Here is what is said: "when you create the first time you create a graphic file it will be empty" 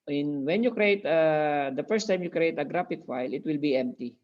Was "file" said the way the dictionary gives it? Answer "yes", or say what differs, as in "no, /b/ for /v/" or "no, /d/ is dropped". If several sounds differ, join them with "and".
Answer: yes